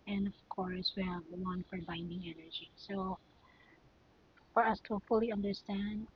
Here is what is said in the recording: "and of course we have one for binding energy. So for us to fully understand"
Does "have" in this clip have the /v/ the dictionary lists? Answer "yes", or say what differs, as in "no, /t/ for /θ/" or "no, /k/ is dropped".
yes